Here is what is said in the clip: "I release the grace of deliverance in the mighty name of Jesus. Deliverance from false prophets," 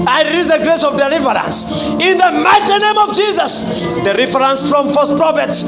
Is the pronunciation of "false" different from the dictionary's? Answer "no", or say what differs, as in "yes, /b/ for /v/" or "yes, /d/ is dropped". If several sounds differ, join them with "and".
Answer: yes, /l/ is dropped